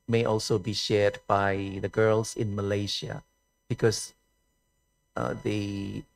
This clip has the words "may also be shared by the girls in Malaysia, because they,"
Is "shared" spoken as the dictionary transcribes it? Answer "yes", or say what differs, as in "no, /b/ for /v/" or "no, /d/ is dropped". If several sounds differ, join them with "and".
yes